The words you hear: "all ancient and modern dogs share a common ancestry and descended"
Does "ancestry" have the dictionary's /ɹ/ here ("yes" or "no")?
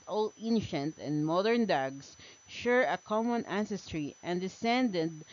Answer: yes